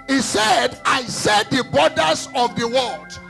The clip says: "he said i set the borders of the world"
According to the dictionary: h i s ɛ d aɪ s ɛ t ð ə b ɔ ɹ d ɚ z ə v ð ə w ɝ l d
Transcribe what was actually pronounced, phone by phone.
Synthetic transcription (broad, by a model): h i s ɛ d aɪ s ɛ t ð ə b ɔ d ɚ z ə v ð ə w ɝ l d